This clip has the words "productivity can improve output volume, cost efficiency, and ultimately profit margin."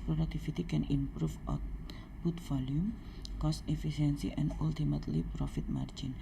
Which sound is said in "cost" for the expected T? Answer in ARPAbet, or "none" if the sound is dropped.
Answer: T